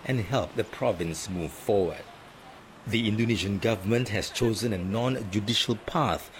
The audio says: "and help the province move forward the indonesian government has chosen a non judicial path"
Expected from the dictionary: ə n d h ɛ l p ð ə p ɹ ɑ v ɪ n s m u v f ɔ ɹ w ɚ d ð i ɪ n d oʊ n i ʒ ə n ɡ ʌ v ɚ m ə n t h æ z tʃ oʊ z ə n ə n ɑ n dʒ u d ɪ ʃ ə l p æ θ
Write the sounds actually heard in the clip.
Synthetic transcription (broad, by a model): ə n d h ɛ l p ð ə p ɹ ɑ v ɪ n s m u v f ɔ w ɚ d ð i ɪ n d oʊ n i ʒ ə n ɡ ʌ v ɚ m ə n t h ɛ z tʃ oʊ z ə n ə n ɑ n dʒ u d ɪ ʃ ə l p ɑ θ